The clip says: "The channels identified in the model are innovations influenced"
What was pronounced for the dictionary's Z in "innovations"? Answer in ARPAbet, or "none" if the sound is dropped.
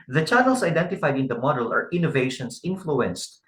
S